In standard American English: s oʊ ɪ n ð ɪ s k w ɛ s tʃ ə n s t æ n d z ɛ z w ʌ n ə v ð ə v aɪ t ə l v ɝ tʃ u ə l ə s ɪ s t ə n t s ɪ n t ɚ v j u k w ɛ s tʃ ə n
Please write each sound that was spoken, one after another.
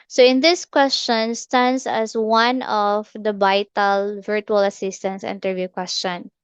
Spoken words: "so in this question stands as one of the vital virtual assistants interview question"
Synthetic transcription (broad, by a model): s oʊ ɪ n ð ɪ s k w ɛ s tʃ ə n s t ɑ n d s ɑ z w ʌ n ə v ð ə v aɪ t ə l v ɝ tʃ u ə l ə s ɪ s t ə n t s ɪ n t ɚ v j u k w ɛ s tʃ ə n